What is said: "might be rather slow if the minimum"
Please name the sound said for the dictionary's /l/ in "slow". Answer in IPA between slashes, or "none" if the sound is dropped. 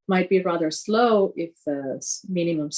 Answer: /l/